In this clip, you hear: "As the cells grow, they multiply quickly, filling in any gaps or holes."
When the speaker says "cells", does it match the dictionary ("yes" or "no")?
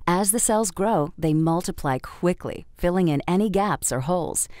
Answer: yes